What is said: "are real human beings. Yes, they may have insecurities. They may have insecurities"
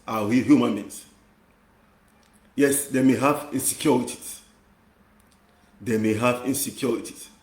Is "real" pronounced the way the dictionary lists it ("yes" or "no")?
no